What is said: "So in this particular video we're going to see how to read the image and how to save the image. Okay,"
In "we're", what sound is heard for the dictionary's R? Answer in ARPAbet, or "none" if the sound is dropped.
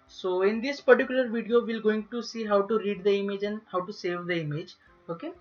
L